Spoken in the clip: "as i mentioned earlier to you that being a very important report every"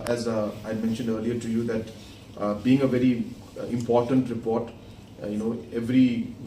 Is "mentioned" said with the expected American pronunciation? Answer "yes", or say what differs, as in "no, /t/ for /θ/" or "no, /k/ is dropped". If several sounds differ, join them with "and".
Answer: yes